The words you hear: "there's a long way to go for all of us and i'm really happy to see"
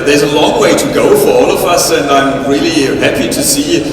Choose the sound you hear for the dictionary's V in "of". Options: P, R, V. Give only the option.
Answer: V